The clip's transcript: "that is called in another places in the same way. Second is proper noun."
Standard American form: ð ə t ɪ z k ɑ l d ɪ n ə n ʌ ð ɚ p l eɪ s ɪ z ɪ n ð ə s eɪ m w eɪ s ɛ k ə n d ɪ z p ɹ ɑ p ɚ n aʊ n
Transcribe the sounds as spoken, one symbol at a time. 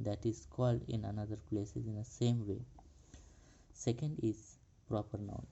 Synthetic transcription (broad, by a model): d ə t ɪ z k ɑ l d ɪ n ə n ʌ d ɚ p l eɪ s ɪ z ɪ n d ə s eɪ m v eɪ s ɛ k ə n d ɪ z p ɹ ɑ p ɚ n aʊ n